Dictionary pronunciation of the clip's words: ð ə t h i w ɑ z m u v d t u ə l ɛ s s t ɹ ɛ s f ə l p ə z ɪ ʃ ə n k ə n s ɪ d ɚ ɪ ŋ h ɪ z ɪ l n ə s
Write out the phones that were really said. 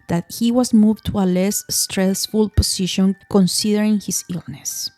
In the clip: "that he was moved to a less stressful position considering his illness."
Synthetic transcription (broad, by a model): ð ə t h i w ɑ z m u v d t u ə l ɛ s s t ɹ ɛ s f ə l p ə s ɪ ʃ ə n k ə n s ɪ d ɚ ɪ ŋ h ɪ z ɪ l n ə s